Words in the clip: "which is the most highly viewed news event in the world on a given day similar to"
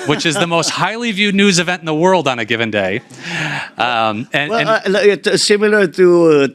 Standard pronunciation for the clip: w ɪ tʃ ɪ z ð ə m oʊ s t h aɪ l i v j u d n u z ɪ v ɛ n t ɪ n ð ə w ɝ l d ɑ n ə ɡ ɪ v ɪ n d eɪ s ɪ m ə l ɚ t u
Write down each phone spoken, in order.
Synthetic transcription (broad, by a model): w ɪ tʃ ɪ z ð ə m oʊ s t h aɪ l i v j u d n u z ɪ v ɛ n t n ð ə w ɝ l d n ə ɡ ɪ v ɪ n d eɪ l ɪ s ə l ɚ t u